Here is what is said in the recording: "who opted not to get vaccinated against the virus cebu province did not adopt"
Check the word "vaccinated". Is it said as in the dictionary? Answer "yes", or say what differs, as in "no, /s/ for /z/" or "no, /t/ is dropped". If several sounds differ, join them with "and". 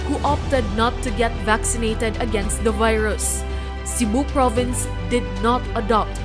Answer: yes